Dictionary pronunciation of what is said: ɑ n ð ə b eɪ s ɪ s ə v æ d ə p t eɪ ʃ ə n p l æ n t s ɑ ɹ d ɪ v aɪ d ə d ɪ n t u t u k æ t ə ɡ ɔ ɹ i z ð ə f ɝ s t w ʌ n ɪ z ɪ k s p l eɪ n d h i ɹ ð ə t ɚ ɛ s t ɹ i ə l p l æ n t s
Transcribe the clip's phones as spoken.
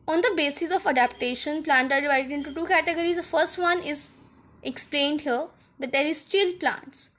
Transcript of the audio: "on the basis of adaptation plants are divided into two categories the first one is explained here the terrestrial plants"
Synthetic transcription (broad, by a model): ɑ n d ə b eɪ s ɪ s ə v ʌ d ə p t eɪ ʃ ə n p l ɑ n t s ɑ ɹ d ɪ v aɪ d ə d ɪ n t u t u k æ t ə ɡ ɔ ɹ i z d ə f ɝ s t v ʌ n ɪ z ɪ k s p l eɪ n d h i ɹ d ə t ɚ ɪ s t i l p l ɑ n t s